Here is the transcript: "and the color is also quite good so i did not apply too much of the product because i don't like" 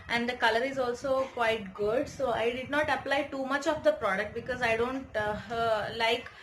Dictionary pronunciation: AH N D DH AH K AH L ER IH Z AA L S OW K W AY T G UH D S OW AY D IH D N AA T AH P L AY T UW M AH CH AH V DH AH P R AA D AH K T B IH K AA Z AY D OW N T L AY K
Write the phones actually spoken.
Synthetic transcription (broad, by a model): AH N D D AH K AH L ER IH Z AA L S OW K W AY T G UH D S OW AY D IH D N AA T AH P L AY T UW M AH CH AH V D AH P R AA D AH K T B IH K AA Z AY D OW N T L AY K